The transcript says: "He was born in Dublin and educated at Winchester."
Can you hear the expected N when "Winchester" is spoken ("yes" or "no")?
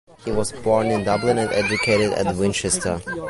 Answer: yes